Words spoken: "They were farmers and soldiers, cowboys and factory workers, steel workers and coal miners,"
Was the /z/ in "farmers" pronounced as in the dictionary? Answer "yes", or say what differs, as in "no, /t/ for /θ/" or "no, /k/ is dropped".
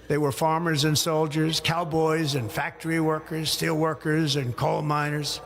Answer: yes